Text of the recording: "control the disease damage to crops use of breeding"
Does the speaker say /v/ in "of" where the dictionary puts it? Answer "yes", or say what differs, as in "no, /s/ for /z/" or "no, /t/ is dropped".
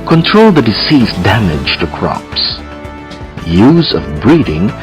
yes